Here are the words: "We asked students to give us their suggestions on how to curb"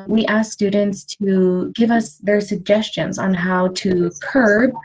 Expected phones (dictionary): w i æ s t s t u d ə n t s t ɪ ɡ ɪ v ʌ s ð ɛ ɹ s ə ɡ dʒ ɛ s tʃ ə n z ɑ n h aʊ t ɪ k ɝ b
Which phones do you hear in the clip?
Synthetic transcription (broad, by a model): w i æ s s t u d n t s t ɪ ɡ ɪ v ʌ s ð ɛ ɹ s ə ɡ dʒ ɛ s tʃ ə n z n h aʊ t ɪ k ɝ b